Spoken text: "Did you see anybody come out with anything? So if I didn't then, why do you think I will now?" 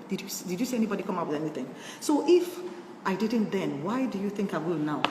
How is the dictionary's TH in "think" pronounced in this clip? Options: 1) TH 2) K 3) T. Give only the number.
1